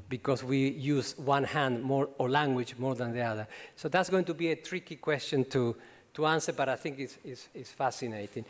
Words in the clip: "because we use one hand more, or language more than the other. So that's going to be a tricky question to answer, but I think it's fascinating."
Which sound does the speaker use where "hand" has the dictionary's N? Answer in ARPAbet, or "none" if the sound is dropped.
N